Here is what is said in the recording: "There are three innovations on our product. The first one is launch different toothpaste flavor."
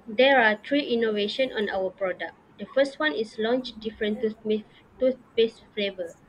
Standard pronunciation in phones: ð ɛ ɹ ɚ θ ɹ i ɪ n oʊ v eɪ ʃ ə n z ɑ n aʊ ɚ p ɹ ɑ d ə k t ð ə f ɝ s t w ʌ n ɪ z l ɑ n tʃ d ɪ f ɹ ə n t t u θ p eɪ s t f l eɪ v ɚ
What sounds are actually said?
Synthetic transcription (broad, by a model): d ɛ ɹ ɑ t ɹ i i n oʊ v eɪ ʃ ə n ɑ n aʊ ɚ p ɹ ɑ d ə k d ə f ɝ s t w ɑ n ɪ s l ɑ n tʃ d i f ɹ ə n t t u s p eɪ s f l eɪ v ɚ